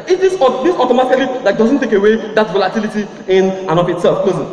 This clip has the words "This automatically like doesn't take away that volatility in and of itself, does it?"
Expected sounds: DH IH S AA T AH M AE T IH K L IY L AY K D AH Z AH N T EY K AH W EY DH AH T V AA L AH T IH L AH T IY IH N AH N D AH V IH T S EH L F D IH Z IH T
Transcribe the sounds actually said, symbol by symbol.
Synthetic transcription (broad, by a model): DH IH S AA T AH M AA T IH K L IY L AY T D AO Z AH N T EY K AH W EY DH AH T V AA L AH T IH L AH T IY IH N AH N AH P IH T S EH L F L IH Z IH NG